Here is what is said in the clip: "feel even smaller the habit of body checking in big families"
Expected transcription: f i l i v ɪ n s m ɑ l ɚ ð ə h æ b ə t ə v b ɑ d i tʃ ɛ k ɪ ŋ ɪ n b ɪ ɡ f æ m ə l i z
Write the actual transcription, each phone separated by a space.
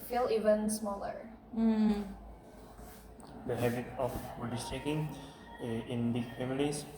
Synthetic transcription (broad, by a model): f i l i v ɪ n s m ɑ l ɚ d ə h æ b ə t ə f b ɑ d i s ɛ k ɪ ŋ ɪ n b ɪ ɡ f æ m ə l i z